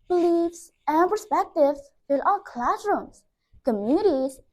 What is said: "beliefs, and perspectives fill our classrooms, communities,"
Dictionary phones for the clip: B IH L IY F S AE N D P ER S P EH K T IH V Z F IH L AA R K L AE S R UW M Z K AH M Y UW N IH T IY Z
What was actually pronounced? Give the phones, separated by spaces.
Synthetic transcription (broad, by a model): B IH L IY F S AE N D P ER S P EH K T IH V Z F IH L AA L K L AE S R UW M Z K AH M Y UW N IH T IY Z